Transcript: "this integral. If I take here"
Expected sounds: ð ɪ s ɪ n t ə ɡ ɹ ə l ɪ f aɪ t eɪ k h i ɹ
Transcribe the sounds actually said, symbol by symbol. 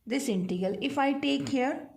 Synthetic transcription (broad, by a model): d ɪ s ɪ n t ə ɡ ə l ɪ f aɪ t eɪ k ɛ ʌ ɹ